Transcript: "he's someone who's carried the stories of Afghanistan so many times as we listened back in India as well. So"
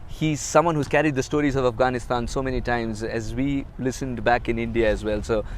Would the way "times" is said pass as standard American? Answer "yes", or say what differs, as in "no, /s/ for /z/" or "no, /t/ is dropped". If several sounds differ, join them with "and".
yes